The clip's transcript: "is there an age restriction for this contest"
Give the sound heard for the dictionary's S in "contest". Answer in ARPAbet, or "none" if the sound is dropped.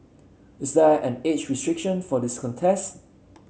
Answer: S